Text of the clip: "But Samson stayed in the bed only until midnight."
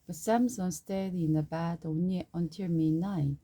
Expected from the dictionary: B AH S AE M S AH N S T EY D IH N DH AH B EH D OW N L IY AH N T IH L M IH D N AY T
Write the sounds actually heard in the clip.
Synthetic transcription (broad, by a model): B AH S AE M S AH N S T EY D IH N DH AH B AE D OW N IY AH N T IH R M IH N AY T